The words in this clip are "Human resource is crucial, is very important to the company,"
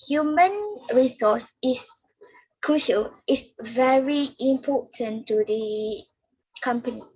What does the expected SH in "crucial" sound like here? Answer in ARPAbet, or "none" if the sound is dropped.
SH